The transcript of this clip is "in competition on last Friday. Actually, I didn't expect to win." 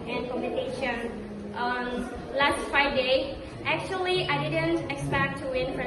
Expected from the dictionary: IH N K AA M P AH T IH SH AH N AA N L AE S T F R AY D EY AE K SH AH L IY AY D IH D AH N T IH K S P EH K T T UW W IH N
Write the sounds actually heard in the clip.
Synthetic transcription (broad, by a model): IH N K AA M AH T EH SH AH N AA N L AE S T F R AY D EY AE K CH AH L IY AY D IH D AH N T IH K S P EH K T T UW W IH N